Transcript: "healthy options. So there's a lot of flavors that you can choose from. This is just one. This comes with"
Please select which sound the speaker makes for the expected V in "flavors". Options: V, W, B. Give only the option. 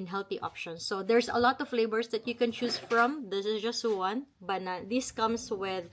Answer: B